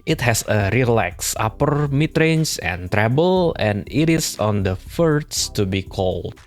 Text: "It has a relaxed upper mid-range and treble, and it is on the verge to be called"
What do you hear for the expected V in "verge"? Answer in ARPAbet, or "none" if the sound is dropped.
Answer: F